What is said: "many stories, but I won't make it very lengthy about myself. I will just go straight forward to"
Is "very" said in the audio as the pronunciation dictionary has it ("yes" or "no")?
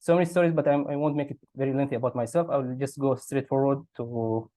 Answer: yes